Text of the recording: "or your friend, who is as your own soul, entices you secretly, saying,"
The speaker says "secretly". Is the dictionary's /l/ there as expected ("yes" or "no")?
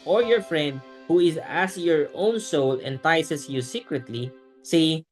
yes